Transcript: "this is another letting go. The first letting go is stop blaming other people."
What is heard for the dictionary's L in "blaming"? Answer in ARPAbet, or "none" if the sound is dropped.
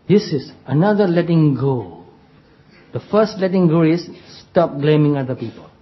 L